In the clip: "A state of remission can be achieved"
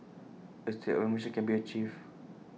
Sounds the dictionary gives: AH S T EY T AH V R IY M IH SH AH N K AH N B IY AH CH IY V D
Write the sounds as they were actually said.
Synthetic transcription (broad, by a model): AH S T EY T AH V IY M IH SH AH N K AH N B IY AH CH IY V